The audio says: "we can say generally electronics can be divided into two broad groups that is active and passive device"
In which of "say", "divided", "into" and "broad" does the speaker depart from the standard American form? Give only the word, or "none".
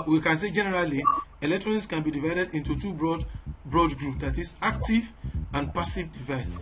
none